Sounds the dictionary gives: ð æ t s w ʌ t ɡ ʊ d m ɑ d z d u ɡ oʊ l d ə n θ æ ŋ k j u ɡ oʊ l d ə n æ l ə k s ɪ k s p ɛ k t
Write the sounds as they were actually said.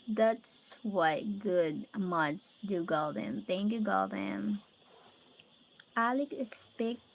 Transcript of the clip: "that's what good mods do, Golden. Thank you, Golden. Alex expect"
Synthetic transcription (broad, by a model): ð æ t s w ʌ t ɡ ʊ d m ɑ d s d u ɡ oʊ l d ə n θ æ ŋ k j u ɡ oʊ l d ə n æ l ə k ɪ k s p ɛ k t